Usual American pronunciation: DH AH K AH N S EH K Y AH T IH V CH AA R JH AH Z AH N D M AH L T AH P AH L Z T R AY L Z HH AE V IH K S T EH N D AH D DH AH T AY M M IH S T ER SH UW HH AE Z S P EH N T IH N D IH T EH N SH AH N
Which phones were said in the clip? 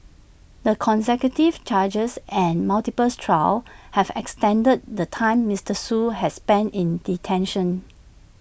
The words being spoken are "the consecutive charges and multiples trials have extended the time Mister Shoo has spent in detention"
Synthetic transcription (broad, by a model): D AH K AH N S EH K Y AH T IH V CH AA JH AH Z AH N M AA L T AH P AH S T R AY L HH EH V IH K S T EH N D AH D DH AH T AY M M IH S T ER S UW HH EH S P EH N T IH N D IH T EH N SH AH N